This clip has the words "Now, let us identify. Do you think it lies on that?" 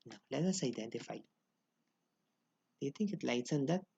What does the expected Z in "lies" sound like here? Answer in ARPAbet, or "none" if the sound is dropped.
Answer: S